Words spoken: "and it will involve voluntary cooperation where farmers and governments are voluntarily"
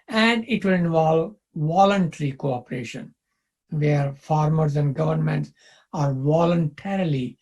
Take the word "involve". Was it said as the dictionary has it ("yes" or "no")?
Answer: yes